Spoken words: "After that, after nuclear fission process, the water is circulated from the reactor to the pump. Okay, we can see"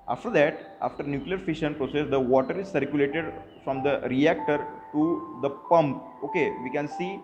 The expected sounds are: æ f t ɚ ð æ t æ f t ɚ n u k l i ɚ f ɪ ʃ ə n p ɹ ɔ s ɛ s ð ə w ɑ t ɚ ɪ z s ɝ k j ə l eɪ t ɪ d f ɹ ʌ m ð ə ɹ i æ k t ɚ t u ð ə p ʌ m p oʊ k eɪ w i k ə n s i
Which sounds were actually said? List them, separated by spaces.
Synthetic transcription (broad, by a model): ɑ f t ɚ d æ t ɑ f t ɚ n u k l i ɚ f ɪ ʃ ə n p ɹ ɔ s ɛ s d ə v ɑ t ɚ ɪ z s ɝ k j ə l eɪ t ɪ d f ɹ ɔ m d ə ɹ i æ k t ɚ t u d ə p ʌ m p oʊ k eɪ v i k ə n s i